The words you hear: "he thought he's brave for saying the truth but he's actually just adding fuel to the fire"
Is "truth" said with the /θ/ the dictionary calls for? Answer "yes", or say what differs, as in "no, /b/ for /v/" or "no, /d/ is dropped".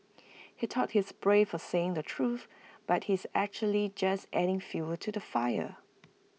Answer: yes